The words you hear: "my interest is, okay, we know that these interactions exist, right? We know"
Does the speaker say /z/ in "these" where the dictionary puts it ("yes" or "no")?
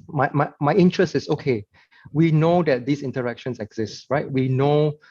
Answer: no